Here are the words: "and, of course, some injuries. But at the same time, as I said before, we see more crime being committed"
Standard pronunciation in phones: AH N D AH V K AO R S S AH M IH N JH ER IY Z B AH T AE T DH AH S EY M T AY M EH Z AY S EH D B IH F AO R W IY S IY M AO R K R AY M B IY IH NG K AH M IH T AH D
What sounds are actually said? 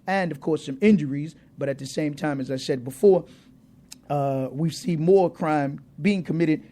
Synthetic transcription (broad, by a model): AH N AH V K AO R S S AH M IH N JH ER IY Z B AH T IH T DH AH S EY M T AY M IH Z AY S EH D B IH F AO R W IY S IY M AO R K R AY M B IY IH NG K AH M IH T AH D